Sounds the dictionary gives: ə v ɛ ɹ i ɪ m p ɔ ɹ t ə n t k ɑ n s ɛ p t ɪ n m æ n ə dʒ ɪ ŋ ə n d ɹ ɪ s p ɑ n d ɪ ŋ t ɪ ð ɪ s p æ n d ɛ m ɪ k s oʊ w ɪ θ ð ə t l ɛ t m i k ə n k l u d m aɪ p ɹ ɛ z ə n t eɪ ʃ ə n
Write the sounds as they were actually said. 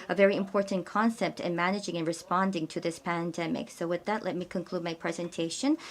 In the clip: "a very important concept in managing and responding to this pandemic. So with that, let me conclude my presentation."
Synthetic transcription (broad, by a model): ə v ɛ ɹ i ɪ m p ɔ ɹ t n k ɑ n s ɛ p t ɪ n m æ n ə dʒ ɪ ŋ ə n ɹ ɪ s p ɑ n d ɪ ŋ t ɪ ð ɪ s p æ n d ɛ m ɪ k s oʊ w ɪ ð ə t l ɛ t m i k ə n k l u d m aɪ p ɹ ɛ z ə n t eɪ ʃ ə n